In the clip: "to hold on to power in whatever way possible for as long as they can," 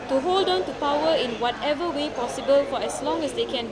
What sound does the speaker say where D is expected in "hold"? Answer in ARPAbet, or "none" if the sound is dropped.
D